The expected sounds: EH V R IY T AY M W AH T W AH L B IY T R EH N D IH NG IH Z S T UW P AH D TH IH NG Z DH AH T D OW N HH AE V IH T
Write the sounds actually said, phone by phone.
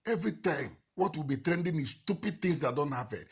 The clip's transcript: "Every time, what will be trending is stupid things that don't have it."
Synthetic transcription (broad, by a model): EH V R IY T AY M W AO T W AH L B IY T R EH N D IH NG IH S T UW P AH D T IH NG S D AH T D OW N HH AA P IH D